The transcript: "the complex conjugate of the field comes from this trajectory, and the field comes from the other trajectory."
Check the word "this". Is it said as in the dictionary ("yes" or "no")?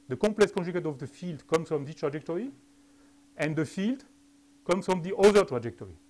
no